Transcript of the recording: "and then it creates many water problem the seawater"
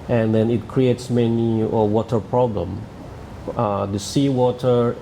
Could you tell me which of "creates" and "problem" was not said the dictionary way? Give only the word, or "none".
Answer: none